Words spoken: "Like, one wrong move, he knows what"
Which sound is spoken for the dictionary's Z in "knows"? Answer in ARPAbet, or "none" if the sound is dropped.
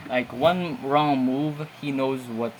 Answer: Z